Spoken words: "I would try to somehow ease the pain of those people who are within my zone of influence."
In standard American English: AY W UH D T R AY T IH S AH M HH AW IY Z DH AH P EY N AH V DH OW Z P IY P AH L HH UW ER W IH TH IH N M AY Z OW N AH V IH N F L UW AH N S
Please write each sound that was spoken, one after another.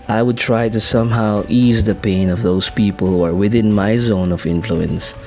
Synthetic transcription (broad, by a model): AY W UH D T R AY T IH S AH M HH AW IY Z DH AH P EY N AH V DH OW Z P IY P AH L HH UW ER W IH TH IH N M AY Z OW N AH V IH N F L UW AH N S